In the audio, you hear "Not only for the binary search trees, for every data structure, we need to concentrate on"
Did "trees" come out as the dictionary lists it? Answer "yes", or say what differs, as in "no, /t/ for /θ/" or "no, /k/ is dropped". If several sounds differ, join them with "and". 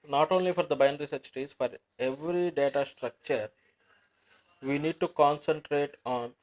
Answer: no, /ɹ/ is dropped